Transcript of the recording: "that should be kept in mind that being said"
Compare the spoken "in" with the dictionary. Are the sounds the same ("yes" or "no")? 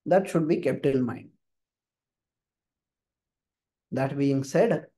no